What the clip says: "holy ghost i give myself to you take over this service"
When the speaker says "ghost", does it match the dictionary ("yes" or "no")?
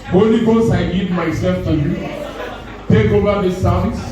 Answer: no